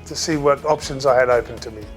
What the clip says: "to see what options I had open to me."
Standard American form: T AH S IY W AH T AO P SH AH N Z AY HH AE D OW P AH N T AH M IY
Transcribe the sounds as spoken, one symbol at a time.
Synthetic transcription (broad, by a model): T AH S IY W AH T AO P SH AH N Z AY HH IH D OW P AH N T AH M IY